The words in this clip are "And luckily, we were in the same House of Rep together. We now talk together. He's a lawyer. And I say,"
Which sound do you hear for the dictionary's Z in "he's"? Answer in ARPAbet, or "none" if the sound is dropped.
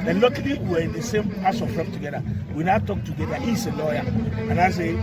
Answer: S